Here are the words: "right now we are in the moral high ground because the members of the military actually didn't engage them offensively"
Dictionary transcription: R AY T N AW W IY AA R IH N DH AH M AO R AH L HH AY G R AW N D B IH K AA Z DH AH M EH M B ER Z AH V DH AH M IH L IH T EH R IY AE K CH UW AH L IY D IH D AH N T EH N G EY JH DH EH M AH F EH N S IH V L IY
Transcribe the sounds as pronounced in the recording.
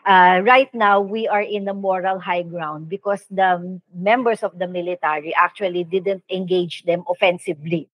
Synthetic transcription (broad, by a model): R AY T N AW W IY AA R IH N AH M AO R AH L HH AY G R AW N D B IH K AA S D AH M EH M B ER S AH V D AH M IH L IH T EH R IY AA K CH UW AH L IY D IH D AH N T EH N G EY JH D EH M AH F EH N S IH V L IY